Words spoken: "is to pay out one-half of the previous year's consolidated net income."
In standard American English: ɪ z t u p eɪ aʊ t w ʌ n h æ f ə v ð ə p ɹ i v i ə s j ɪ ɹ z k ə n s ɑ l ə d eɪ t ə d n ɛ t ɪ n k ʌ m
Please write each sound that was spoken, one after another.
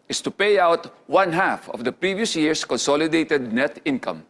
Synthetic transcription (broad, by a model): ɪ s t u p eɪ aʊ t w ʌ n h æ f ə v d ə p ɹ i v i ə s j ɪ ɹ s k ə n s ɑ l ə d eɪ t ə d n ɛ t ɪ n k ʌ m